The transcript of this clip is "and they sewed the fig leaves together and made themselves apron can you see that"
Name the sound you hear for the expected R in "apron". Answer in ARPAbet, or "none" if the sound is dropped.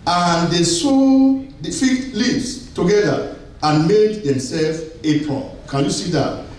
none